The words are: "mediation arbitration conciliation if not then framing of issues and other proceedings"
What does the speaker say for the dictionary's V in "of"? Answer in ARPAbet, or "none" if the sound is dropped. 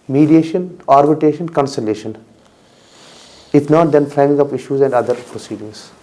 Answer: P